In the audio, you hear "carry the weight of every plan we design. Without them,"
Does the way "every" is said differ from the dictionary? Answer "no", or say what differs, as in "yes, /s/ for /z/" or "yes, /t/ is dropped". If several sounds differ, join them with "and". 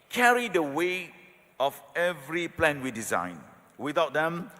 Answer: no